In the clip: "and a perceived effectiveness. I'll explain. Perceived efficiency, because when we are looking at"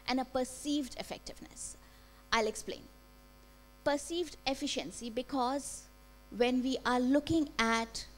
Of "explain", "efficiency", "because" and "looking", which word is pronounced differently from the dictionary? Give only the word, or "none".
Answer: none